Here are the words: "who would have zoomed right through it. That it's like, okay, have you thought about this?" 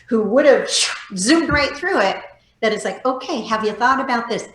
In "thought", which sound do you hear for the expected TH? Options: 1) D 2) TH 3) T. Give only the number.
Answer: 2